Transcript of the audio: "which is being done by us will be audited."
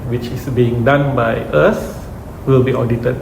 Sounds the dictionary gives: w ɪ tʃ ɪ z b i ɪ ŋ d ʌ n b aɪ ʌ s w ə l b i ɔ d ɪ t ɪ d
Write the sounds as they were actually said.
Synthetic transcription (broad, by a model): w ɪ tʃ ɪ s b i ɪ ŋ d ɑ n b aɪ ʌ s w ə l b i ɔ d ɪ t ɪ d